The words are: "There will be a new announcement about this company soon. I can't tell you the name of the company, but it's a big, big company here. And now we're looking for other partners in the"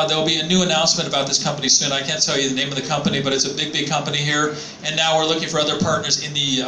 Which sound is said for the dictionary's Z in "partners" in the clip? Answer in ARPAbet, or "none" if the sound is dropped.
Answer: Z